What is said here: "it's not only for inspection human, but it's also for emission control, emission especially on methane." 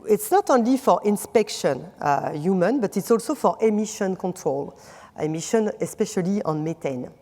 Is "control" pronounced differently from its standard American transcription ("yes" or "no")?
no